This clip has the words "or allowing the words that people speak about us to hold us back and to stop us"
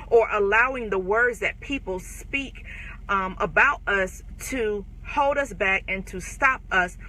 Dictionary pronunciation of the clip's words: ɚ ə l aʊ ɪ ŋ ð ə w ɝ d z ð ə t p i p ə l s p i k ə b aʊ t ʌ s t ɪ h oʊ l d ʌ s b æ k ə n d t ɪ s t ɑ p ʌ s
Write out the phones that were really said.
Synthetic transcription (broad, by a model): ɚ ə l aʊ ɪ ŋ ð ə w ɝ d z ð ə t p i p l s p i k ə b aʊ t ʌ s t ɪ h oʊ l d ʌ s b æ k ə n t ɪ s t ɑ p ʌ s